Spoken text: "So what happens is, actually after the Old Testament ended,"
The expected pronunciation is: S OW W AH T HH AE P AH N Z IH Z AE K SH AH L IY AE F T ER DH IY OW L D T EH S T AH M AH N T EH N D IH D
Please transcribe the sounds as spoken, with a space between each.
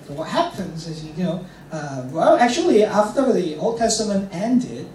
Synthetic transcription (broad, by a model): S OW W AH T HH AE P AH N Z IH Z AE K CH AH L IY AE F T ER DH IY OW L D T EH S T AH M AH N T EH N D IH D